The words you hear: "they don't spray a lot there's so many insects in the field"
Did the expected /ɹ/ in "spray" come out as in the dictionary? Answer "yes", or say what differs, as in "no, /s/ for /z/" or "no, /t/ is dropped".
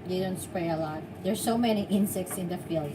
yes